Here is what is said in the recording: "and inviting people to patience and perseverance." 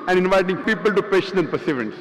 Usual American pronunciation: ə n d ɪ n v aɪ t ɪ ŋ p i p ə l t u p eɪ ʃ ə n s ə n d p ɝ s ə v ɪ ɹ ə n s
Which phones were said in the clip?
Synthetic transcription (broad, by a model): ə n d ɪ n v aɪ t ɪ ŋ p i p ə l t u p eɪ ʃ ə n ə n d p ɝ s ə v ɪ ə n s